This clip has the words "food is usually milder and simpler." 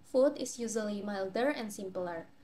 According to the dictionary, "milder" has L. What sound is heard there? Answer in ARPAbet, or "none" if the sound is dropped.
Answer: L